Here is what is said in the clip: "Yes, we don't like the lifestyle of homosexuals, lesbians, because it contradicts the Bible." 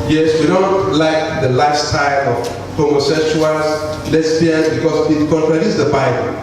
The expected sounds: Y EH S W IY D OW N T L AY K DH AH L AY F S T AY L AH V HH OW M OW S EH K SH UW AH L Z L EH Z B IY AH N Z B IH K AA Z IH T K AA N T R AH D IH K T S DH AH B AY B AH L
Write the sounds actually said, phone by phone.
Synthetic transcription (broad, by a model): Y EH S W IY D OW N T L AY K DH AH L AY S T AY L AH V HH OW M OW S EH K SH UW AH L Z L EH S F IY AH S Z B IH K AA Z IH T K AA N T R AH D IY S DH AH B AY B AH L